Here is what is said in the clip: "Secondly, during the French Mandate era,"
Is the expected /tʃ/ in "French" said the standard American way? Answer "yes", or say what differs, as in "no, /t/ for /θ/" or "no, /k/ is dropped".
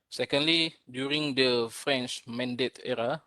yes